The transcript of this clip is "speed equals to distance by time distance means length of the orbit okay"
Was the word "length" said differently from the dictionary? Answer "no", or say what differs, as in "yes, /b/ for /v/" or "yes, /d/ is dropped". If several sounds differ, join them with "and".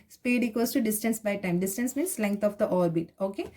yes, /t/ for /θ/